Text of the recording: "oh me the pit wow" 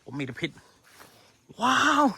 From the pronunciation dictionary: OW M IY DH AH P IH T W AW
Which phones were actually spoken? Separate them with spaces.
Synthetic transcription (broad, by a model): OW M IY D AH P IH T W AW